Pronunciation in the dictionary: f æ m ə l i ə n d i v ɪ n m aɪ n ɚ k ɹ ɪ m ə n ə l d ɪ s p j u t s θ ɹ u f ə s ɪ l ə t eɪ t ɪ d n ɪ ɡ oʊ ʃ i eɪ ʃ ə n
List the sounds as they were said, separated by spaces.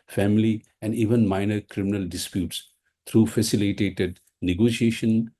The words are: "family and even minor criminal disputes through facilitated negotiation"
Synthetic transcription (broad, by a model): f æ m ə l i ə n d i v ɪ n m aɪ n ɚ k ɹ ɪ m ə n ə l d ɪ s p j u t s t ɹ u f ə s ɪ l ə t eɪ t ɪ d n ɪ ɡ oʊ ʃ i eɪ ʃ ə n